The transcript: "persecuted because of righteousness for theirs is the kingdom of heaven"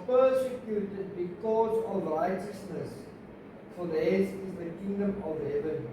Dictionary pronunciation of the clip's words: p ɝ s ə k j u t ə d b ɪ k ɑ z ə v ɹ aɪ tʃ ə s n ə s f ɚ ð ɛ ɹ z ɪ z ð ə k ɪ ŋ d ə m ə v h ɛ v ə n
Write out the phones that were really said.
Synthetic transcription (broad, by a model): p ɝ s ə k j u t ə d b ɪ k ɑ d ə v ɹ aɪ tʃ ə s n ə s f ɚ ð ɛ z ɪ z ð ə k ɪ ŋ d ə m ə v h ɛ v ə n